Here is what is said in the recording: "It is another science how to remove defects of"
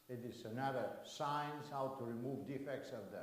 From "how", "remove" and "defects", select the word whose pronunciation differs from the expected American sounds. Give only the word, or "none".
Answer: none